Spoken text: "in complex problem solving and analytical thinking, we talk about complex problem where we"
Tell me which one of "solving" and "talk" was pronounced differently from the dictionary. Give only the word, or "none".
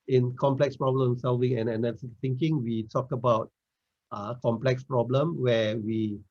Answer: none